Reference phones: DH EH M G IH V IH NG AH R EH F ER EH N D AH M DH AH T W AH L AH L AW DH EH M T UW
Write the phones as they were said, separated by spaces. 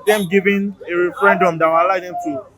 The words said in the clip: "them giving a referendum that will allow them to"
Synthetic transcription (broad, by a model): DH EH M G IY V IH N AH R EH F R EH N D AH M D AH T W AH L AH IH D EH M T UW